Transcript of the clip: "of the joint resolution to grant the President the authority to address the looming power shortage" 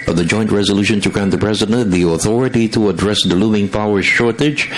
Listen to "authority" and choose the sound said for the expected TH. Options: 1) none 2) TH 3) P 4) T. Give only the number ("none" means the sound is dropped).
2